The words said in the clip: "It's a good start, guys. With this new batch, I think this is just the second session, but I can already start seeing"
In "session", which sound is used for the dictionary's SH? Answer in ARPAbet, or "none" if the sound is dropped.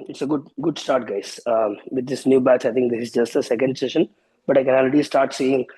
SH